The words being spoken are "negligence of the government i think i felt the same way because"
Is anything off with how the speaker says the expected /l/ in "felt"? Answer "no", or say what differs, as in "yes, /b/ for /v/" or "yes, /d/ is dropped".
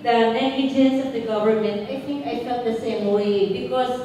yes, /l/ is dropped